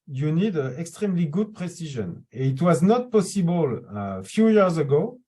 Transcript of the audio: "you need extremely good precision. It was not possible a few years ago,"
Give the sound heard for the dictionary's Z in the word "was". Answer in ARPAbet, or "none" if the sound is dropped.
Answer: Z